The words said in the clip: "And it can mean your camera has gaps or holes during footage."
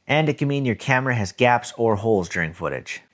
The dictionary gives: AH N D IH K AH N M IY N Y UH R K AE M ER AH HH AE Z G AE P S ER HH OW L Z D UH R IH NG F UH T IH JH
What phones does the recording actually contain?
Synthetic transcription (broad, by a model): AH N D IH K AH M IY N Y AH R K AE M ER AH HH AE Z G AE P S ER HH OW L Z D UH R IH NG F UH T IH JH